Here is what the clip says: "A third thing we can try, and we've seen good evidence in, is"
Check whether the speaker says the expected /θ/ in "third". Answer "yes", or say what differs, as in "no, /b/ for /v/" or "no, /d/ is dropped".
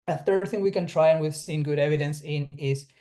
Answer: yes